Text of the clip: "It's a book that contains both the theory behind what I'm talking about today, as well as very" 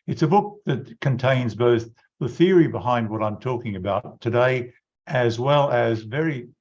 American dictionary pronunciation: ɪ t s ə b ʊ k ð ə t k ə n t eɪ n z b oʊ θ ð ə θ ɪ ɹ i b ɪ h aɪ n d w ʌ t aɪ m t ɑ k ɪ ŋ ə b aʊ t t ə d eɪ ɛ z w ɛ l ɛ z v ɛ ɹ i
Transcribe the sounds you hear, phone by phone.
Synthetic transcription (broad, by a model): ɪ t s ə b ʊ k ð ə t k ə n t eɪ n z b oʊ θ ð ə θ ɪ ɹ i b ɪ h aɪ n d w ʌ t aɪ m t ɑ k ɪ ŋ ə b aʊ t t ə d eɪ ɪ z w ɛ l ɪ z v ɛ ɹ i